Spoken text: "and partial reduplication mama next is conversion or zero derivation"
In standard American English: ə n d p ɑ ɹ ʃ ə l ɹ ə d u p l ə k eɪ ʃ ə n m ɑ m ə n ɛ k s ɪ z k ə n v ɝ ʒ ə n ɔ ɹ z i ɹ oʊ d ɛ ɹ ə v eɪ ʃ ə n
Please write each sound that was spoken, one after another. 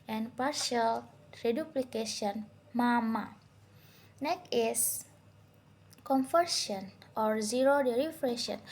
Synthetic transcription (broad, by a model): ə n p ɑ ɹ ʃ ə l ɹ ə d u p l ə k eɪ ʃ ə n m ɑ m ə n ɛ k ɪ s k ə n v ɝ s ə n ɔ ɹ z i ɹ oʊ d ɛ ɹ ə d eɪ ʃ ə n